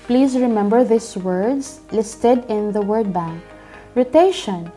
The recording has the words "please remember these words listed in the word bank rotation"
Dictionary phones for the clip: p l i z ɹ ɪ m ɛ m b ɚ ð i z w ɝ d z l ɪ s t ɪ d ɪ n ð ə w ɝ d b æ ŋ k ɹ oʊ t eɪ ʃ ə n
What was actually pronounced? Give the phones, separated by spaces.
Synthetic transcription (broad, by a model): p l i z ɹ ɪ m ɛ m b ɚ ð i s w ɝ d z l ɪ s t ɪ d ɪ n ð ə w ɝ d b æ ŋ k ɹ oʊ t eɪ ʃ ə n